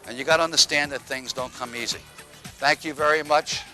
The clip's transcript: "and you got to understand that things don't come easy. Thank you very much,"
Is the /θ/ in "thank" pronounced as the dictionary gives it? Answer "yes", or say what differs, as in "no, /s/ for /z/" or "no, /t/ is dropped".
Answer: yes